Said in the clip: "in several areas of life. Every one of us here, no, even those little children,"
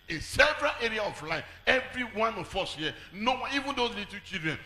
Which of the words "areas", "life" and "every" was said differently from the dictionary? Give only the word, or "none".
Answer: areas